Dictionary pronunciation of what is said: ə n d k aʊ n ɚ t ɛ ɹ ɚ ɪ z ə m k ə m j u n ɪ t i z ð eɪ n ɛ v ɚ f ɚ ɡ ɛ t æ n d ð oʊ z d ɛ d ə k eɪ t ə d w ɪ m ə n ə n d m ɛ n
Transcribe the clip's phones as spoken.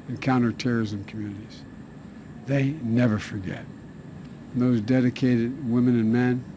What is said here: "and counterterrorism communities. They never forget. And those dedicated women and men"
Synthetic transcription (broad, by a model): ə n k aʊ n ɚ t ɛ ɹ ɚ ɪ z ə m k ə m j u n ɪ t i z ð eɪ n ɛ v ɚ f ɚ ɡ ɛ t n ð oʊ z d ɛ d ə k eɪ t ə d w ɪ m ə n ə n m ɛ n